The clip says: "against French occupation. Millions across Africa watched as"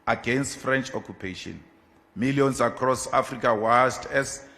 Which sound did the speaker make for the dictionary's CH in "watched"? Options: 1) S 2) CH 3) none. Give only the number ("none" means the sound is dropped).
1